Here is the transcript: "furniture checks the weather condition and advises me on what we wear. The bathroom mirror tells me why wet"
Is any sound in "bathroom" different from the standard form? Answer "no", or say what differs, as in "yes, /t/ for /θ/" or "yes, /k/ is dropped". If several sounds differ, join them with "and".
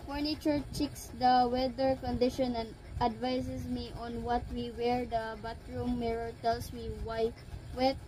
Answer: yes, /t/ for /θ/